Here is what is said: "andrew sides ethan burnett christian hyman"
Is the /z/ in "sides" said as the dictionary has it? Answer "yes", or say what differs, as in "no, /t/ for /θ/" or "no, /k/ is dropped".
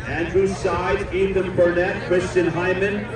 no, /z/ is dropped